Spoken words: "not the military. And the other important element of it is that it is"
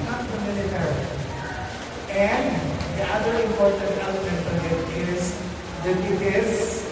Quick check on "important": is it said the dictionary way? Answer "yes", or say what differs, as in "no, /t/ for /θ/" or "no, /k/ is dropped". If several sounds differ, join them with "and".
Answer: yes